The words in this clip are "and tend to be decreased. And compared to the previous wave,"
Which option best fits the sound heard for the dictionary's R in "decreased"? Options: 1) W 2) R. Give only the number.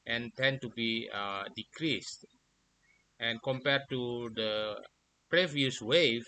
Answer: 2